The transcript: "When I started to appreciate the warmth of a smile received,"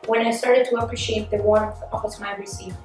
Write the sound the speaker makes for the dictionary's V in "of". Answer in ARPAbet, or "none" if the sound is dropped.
P